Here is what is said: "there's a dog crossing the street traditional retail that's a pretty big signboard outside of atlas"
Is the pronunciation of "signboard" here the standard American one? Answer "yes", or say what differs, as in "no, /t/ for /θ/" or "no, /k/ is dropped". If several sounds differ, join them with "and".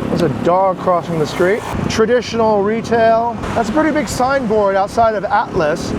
yes